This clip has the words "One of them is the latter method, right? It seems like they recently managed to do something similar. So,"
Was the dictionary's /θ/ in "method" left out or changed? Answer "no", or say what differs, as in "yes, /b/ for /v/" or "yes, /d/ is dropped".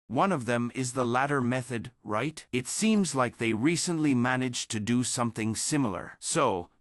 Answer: no